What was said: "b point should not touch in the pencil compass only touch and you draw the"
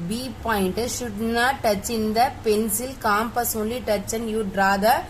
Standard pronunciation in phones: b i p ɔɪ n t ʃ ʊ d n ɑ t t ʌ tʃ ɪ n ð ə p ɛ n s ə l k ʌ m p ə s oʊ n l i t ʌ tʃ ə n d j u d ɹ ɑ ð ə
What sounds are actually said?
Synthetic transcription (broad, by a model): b i p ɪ n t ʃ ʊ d n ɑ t t ʌ tʃ ɪ n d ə p ɛ n s ə l k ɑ m p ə s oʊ l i t ʌ tʃ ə n j u d ɹ ɑ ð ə